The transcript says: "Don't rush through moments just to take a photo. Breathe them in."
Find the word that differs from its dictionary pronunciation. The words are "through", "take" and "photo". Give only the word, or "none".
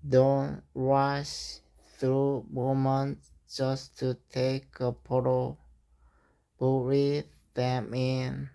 photo